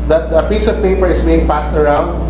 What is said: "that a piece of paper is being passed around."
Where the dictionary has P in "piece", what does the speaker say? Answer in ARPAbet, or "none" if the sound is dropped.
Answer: P